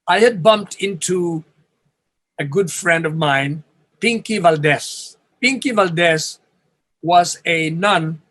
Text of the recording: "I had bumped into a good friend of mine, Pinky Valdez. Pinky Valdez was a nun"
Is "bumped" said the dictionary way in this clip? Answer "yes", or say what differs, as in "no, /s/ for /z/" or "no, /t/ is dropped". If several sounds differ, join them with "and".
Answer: yes